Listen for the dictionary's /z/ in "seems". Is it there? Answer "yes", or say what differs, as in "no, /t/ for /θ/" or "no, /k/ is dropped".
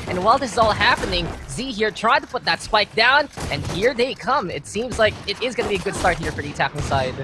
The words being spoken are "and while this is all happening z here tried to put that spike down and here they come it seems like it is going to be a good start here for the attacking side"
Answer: yes